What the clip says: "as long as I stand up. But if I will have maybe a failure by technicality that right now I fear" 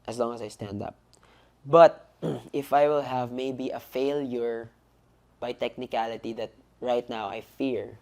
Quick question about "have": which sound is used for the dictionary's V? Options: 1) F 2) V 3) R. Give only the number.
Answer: 2